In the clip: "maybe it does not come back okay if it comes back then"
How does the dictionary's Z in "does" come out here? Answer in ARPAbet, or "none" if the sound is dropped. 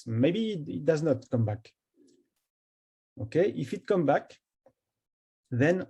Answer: Z